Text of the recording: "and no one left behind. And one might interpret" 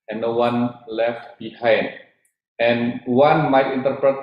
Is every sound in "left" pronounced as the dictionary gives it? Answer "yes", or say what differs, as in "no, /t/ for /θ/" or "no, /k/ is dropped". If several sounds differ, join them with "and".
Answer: yes